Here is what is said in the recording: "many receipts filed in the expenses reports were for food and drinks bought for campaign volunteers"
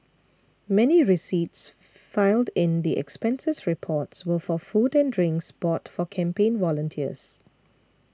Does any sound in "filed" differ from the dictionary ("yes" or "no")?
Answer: no